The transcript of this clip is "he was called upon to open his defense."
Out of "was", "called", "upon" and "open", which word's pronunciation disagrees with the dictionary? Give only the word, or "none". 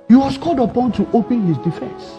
was